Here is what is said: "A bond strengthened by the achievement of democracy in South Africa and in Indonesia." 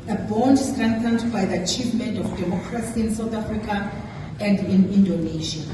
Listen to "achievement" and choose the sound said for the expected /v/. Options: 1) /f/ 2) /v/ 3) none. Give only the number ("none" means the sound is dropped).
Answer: 2